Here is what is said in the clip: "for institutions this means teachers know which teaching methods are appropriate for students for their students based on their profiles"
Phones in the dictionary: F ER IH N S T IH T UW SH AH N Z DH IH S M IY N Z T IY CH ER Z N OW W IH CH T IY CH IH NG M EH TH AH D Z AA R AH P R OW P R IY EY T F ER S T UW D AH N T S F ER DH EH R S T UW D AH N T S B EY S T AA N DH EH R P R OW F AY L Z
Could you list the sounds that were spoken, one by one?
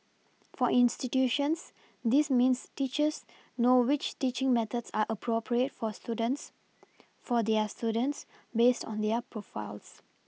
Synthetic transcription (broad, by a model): F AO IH N S T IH T UW SH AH N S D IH S M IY N S T IY CH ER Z N OW W IH CH T IY CH IH NG M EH T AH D S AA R AH P R OW P R IY EY T F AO S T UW D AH N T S F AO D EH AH S T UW D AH N T S B EY S T AA N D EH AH P R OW F AY L S